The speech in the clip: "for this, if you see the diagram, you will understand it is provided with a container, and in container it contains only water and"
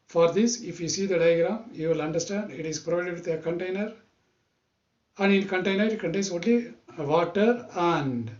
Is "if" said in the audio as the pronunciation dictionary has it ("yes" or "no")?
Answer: yes